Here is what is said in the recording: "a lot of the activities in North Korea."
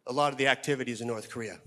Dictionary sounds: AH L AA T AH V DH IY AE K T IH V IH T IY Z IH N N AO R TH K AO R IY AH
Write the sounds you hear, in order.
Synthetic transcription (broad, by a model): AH L AA T AH V DH IY AE K T IH V IH T IY Z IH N N AO R TH K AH R IY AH